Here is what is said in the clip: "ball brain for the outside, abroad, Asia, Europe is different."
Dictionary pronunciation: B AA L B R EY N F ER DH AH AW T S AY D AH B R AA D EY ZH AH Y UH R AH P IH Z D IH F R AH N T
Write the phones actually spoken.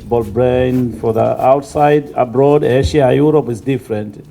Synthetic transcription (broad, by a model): B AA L B R EY N F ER DH AH AW T S AY D AH B R AA D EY SH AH Y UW R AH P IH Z D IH F R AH N T